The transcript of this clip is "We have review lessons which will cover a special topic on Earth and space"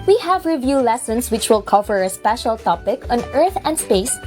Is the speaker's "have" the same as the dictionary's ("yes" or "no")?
yes